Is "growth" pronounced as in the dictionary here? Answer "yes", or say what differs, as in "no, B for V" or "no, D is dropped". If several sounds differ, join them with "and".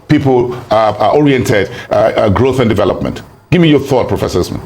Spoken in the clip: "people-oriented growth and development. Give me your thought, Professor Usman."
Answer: yes